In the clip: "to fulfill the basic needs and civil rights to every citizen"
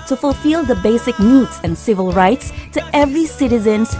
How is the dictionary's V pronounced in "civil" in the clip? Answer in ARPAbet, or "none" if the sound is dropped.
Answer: V